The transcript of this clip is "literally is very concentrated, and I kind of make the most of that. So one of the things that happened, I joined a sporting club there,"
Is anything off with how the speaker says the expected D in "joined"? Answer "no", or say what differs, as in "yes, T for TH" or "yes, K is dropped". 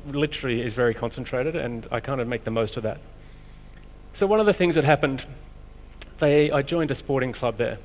no